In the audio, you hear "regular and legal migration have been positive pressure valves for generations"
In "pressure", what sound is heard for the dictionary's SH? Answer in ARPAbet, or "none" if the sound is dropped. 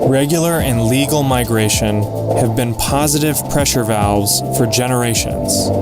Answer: SH